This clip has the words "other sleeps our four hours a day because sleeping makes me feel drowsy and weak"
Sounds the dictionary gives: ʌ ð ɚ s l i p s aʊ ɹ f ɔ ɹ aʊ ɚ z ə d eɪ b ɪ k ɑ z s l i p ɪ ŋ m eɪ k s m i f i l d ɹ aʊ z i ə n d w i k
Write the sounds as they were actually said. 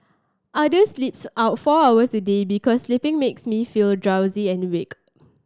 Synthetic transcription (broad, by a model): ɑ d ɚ s l i p s aʊ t f ɔ aʊ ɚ s ə d eɪ b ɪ k ɑ s l i p ɪ ŋ m eɪ k s m i f i l d ɹ aʊ z i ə n w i k